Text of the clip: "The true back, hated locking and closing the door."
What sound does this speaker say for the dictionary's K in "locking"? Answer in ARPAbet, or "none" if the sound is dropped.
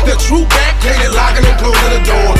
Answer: none